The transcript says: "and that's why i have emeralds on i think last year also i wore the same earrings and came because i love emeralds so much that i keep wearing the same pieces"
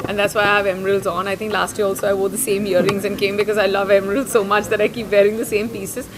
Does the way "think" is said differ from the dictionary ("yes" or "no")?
yes